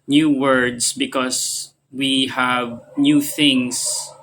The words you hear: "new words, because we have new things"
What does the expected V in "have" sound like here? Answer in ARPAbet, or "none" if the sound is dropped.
V